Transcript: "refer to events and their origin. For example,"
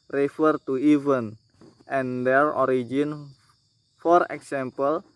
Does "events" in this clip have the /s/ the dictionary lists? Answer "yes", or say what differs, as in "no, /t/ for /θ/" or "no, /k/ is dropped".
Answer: no, /s/ is dropped